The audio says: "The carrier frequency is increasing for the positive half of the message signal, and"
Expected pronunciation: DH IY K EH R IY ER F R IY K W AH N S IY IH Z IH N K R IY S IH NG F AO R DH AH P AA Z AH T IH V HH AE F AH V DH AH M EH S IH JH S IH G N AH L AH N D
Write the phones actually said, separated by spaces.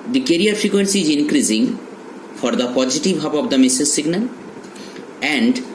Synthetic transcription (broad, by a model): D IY K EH R IY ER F R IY K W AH N S IY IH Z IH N K R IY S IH NG F AO R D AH P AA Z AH T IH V HH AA P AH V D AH M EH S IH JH S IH G N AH L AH N D